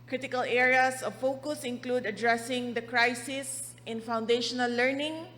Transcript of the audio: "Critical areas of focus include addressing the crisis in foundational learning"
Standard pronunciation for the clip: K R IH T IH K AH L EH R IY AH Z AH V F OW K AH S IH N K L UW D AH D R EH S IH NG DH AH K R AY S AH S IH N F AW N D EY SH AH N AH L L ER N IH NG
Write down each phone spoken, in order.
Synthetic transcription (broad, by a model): K R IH T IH K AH L EH R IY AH S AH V F OW K AH S IH N K L UW D AH D R EH S IH NG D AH K R AY S AH S IH N F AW N D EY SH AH N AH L L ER N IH NG